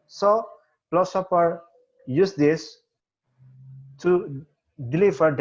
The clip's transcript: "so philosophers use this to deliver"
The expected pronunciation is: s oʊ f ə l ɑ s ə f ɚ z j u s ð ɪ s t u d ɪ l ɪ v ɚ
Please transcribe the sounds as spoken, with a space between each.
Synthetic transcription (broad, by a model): s oʊ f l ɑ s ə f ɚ j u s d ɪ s t u d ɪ l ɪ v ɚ